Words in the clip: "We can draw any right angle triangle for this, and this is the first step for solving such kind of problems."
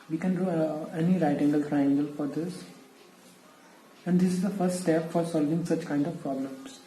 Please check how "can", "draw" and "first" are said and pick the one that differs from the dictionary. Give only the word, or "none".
draw